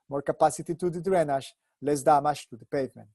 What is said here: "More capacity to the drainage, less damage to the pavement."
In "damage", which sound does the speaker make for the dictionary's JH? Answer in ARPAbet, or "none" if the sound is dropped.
SH